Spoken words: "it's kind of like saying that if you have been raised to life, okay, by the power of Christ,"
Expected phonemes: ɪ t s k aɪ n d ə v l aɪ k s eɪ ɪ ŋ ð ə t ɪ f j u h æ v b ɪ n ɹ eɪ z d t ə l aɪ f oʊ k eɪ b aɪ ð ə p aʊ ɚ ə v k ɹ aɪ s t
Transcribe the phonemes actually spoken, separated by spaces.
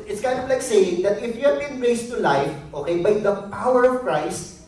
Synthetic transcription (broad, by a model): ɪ t s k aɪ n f l aɪ k s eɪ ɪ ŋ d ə t ɪ f j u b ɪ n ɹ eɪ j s t ə l aɪ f oʊ k eɪ b aɪ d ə p aʊ ɚ ə v k ɹ aɪ s t